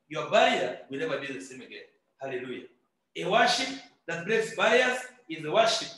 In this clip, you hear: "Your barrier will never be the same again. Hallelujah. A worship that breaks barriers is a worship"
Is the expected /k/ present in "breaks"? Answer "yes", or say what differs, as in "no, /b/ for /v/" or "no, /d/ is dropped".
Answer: no, /k/ is dropped